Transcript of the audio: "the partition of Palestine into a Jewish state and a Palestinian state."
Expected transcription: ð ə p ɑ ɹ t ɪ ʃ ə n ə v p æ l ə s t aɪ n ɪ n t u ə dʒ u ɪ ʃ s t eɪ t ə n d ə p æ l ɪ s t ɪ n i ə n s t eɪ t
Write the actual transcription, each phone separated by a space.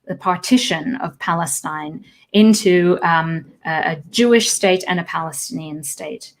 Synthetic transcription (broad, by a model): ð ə p ɑ ɹ t ɪ ʃ ə n ə v p æ l ə s t aɪ n ɪ n t u ə dʒ u ɪ ʃ s t eɪ t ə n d ə p æ l ɪ s t ɪ n i ə n s t eɪ t